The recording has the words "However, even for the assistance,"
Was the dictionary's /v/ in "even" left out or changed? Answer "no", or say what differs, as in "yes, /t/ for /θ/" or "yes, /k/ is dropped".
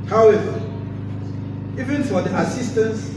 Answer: no